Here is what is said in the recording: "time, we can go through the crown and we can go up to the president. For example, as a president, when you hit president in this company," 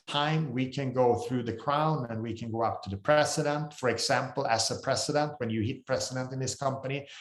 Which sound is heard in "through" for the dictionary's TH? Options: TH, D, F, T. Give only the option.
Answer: TH